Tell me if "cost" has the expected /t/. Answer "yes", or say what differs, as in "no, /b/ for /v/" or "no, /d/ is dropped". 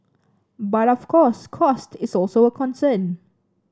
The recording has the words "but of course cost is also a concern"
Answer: yes